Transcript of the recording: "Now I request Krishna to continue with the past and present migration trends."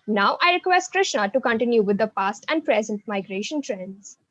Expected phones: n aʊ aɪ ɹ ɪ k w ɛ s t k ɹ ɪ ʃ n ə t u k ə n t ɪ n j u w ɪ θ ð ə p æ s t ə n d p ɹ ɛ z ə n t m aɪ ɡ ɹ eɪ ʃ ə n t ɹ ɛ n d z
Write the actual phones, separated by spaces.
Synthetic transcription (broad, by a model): n aʊ aɪ ɹ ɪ k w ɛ s t k ɹ ɪ ʃ n ə t u k ə n t ɪ n j u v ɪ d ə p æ s t ə n d p ɹ ɛ z ə n t m aɪ ɡ ɹ eɪ ʃ ə n t ɹ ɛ n d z